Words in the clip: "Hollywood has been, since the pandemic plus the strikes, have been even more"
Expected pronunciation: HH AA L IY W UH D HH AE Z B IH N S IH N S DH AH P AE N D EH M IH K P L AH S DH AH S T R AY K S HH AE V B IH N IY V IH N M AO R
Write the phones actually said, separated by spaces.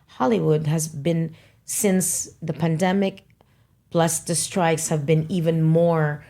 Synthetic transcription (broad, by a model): HH AA L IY W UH D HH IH Z B IH N S IH N S DH AH P AE N D EH M IH K B L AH S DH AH S T R AY K S HH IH V B IH N IY V IH N M AO R